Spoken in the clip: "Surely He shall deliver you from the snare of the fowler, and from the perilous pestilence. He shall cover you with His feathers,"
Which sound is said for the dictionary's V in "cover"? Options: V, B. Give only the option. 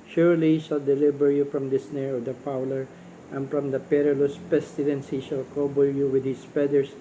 B